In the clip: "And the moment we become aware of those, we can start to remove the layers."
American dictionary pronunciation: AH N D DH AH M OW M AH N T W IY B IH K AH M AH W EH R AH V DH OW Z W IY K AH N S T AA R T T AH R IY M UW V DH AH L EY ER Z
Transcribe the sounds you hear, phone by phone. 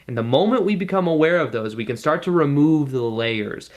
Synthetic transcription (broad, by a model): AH N DH AH M OW M AH N T W IY B IH K AH M AH W EH R AH V DH OW Z W IY K AH N S T AA R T T AH R IY M UW V DH AH L EY ER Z